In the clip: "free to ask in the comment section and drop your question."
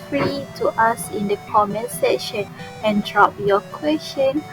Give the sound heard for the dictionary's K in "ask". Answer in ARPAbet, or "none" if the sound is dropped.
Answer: none